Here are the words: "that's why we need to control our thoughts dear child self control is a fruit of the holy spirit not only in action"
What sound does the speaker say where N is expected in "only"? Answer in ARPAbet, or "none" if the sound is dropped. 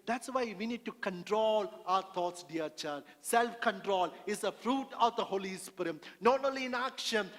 none